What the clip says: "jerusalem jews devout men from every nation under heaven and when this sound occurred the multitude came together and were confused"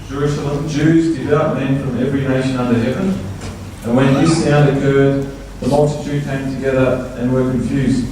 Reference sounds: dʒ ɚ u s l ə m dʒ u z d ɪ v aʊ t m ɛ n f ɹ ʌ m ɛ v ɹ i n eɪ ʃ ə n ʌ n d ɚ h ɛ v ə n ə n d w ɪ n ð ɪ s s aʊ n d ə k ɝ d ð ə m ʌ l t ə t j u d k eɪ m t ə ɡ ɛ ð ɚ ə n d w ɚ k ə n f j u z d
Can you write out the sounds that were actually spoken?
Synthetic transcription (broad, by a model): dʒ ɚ u s l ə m dʒ u z d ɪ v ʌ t m ɛ n f ɹ ʌ m ɛ v ɹ i n eɪ ʃ ə n ʌ n d ɚ h ɛ v ə n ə n w ɪ n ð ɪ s s aʊ n d ə k ɝ d ð ə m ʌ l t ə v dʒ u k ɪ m t ə ɡ ɛ ð ɚ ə n w ɚ k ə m f j u z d